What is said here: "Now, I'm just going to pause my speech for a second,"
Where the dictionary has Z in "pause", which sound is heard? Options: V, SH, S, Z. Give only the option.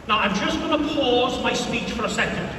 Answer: Z